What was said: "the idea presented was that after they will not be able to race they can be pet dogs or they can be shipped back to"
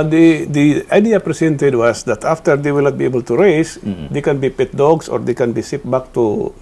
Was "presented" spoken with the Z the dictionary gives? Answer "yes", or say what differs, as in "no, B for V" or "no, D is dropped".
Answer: no, S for Z